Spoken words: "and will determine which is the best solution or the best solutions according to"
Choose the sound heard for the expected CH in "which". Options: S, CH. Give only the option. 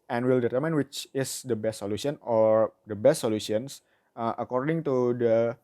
CH